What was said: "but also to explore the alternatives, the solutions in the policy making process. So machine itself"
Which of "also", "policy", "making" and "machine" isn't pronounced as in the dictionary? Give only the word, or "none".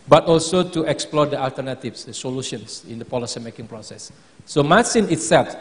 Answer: machine